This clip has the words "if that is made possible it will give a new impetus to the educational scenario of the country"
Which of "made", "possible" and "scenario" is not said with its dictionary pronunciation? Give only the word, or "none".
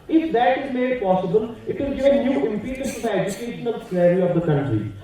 scenario